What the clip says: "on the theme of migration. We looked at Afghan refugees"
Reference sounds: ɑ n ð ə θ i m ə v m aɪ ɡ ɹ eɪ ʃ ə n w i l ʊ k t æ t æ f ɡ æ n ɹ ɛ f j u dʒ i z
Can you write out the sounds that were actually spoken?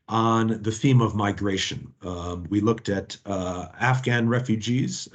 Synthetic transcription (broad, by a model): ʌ n ð ə θ i m ə v m aɪ ɡ ɹ eɪ ʃ ə n w i l ʊ k t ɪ t æ f ɡ æ n ɹ ɛ f j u dʒ i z